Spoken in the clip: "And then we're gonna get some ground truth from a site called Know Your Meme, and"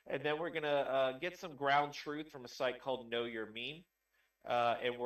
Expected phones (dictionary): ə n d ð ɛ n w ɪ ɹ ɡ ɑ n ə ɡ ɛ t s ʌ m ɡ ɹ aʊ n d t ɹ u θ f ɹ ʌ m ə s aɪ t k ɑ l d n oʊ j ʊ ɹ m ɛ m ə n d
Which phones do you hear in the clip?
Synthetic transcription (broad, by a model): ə n ð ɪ n w ɪ ɹ ɡ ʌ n ə ɡ ɛ t s ʌ m ɡ ɹ aʊ n t ɹ u θ f ɹ ʌ m ə s aɪ t k ɑ l d n oʊ j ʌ ɹ m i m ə n